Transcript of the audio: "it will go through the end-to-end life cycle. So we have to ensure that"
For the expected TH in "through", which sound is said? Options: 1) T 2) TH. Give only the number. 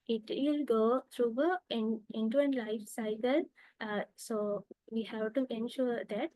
1